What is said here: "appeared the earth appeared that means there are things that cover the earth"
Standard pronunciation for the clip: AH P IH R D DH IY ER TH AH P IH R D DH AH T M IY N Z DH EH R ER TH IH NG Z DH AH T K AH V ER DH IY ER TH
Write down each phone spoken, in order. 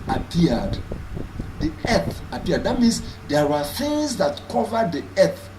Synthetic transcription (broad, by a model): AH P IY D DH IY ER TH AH P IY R D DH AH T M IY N S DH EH W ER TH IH NG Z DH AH T K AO V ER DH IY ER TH